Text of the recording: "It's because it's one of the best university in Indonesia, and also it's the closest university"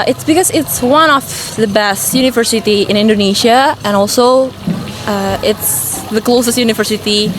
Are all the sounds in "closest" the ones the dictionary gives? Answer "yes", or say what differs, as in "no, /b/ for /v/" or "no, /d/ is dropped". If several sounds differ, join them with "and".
yes